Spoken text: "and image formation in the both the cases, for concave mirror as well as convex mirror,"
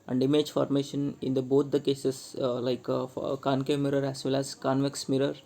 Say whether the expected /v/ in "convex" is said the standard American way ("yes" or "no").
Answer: yes